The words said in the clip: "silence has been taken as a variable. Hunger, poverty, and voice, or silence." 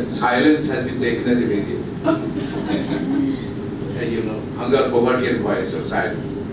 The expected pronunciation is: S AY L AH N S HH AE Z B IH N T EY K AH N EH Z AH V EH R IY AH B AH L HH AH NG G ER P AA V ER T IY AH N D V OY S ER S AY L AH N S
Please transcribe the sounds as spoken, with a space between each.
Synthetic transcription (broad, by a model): S AY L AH N S HH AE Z B IH N T EY K AH N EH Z AH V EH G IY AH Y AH N HH AH NG G ER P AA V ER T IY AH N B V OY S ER S AY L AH N S